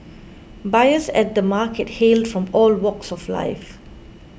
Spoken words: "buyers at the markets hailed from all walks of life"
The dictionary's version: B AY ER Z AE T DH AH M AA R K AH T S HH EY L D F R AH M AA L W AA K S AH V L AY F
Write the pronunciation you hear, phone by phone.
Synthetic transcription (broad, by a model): B AY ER S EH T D AH M AA K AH T HH EY L D F R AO M AA L W AA K S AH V L AY F